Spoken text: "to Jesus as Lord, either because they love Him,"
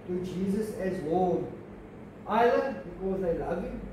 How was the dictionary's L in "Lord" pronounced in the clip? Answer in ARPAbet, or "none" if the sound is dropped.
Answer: W